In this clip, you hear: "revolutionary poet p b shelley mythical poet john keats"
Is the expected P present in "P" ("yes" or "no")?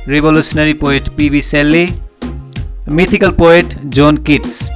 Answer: yes